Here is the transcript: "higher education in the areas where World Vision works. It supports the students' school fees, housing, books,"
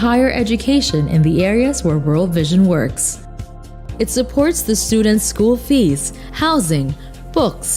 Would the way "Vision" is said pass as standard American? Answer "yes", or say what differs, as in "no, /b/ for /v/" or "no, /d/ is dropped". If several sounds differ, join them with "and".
yes